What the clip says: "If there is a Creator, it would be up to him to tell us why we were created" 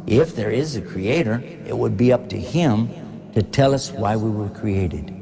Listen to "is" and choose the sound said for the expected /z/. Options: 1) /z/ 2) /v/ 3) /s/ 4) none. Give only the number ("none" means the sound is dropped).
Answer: 1